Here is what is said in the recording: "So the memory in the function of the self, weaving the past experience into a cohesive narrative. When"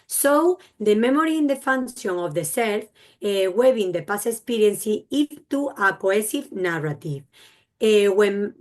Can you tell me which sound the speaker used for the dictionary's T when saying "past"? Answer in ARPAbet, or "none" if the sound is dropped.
none